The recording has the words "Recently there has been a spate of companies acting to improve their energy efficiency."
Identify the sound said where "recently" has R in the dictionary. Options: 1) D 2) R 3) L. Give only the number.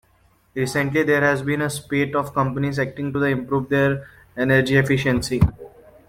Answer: 2